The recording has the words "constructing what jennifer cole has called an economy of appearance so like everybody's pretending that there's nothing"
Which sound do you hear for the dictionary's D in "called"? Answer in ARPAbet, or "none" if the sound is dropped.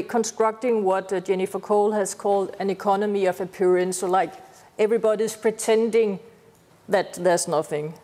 D